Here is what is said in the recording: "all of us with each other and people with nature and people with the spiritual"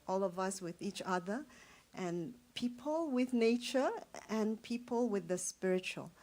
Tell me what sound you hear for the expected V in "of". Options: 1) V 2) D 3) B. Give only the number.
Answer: 1